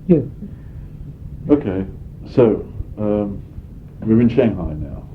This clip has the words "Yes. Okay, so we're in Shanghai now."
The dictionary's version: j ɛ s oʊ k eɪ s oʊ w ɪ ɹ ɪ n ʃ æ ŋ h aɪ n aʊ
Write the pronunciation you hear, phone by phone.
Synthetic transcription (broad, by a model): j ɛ oʊ k eɪ s oʊ w ɪ ɹ ɪ n ʃ æ ŋ h aɪ n aʊ